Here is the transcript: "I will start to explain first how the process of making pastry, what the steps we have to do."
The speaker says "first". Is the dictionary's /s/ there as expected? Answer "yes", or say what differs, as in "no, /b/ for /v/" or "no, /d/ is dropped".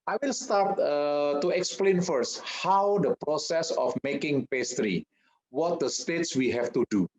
yes